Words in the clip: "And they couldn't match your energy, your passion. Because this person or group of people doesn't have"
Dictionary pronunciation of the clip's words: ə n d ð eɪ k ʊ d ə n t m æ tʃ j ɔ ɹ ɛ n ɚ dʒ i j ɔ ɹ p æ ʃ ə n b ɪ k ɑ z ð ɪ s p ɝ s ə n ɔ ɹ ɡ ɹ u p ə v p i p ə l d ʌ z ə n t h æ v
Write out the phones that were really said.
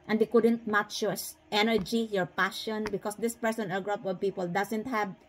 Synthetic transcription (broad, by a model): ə n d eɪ k ʊ d ə n t m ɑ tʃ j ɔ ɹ ɛ n ɚ dʒ i j ɔ ɹ p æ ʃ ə n b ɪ k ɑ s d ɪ s p ɝ s ə n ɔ l ɡ ɹ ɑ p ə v p i p ə l d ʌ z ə n t h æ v